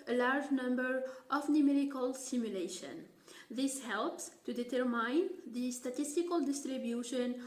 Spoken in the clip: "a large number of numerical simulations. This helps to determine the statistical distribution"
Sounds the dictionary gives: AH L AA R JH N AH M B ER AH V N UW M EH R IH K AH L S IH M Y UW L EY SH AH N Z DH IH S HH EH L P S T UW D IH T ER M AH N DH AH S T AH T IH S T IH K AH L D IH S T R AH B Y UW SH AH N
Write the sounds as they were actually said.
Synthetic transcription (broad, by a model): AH L AA R JH N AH M B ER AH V N UW M EH R IH K AH L S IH M Y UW L EY SH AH N DH IH S HH EH L P S T UW D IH T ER M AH N DH AH S T AH T IH S T IH K AH L D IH S T R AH B Y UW SH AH N